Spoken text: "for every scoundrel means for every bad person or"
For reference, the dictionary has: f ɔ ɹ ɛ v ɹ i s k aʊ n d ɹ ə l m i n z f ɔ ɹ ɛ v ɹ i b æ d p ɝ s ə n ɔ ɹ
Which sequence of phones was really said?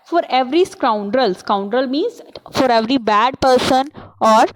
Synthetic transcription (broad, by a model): f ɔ ɹ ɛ v ɹ i s k aʊ n d ɹ ə l m i n z f ɔ ɹ ɛ v ɹ i b æ d p ɝ s ə n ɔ ɹ